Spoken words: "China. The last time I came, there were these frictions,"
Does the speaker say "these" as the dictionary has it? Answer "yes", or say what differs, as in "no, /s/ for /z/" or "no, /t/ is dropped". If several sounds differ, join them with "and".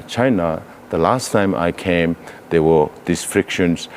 no, /s/ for /z/